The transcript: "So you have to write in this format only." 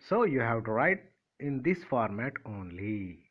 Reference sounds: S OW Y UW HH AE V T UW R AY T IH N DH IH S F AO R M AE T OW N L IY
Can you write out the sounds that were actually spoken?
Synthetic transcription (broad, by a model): S OW Y UW HH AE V T UW R AY T IH N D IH S F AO R M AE T OW N L IY